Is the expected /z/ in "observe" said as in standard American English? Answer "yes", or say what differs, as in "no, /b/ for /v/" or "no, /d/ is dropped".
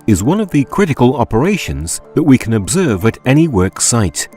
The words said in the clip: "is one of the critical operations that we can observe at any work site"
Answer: yes